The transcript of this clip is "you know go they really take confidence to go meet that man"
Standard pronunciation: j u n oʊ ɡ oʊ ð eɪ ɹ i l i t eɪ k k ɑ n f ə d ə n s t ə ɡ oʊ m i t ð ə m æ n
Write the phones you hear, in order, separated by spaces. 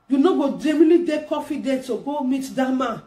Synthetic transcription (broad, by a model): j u n oʊ ɡ oʊ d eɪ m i l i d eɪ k k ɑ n f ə d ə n t ə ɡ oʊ m i t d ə m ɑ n